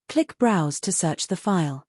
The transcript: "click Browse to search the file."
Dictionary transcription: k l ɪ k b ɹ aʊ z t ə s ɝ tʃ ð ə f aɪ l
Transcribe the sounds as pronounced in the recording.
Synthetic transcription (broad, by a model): k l ɪ k b ɹ aʊ z t ə s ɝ tʃ ð ə f aɪ l